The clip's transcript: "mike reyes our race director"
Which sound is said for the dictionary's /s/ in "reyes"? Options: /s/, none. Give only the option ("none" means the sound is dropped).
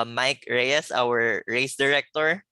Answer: /s/